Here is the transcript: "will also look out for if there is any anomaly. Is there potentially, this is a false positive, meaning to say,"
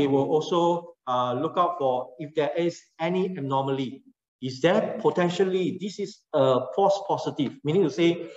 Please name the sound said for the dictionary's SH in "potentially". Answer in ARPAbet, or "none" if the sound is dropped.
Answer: SH